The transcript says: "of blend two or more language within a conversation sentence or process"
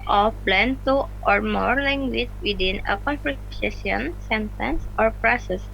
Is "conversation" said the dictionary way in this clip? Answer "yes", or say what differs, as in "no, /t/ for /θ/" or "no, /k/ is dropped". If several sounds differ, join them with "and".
no, /p/ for /v/